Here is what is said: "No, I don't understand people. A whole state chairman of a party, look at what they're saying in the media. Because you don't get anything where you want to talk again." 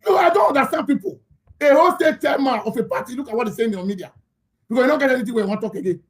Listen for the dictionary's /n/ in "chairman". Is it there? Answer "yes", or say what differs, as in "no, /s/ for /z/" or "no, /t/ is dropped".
no, /n/ is dropped